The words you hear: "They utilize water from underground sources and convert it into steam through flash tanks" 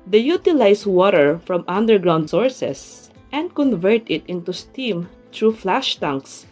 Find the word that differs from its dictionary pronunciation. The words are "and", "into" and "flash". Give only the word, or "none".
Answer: none